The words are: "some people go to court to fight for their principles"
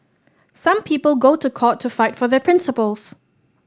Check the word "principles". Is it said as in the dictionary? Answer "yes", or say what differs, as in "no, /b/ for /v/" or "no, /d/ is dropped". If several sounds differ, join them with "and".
yes